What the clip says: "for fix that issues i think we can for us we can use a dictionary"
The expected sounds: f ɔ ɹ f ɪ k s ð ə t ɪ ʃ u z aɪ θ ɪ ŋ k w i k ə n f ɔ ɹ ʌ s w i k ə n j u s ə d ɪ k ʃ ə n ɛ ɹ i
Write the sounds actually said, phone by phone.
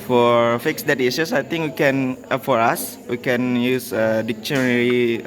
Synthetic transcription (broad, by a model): f ɔ ɹ f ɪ k s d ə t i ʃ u s aɪ t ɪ ŋ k w i k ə n f ɔ ɹ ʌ s w i k ə n j u s ə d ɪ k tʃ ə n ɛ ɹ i